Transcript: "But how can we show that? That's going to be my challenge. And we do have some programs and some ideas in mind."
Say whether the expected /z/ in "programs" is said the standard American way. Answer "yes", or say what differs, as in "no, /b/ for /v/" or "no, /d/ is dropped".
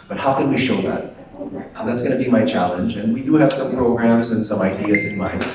yes